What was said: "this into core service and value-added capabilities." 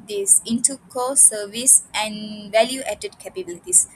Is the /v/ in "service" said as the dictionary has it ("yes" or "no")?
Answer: yes